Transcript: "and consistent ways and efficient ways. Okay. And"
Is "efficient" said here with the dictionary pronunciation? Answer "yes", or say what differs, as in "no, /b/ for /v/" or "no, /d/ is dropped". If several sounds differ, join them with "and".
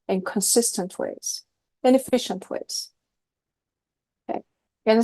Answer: yes